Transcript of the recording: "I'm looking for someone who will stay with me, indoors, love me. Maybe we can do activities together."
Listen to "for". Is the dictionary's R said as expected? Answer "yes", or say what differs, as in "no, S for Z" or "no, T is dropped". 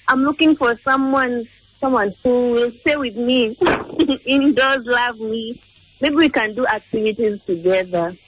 no, W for R